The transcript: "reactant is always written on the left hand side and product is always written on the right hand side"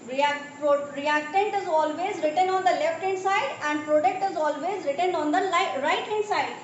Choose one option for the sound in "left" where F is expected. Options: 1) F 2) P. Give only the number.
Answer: 1